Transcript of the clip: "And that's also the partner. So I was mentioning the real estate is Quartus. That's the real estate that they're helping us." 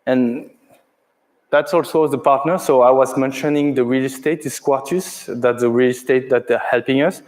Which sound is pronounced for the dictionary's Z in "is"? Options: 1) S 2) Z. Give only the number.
1